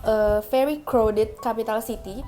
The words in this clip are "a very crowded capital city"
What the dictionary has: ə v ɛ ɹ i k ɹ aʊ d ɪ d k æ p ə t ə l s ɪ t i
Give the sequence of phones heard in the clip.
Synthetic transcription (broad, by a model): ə f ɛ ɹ i k ɹ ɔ d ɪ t k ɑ p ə t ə l s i t i